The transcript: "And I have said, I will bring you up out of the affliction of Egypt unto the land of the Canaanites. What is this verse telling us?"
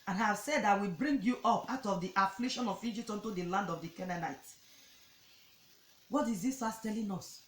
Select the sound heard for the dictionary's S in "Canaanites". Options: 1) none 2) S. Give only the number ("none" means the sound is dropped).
1